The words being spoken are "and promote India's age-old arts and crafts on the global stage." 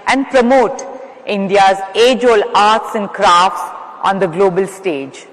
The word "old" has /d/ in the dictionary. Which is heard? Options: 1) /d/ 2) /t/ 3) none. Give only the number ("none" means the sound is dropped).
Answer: 3